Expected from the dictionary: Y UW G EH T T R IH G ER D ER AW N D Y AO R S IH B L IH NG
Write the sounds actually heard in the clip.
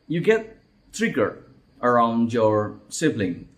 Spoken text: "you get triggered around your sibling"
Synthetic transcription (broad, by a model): Y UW G EH T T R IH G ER ER AW N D Y AO R S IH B L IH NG